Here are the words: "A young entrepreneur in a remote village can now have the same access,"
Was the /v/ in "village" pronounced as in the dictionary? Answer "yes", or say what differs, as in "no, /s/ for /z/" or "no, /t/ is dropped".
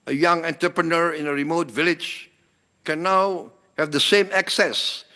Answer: yes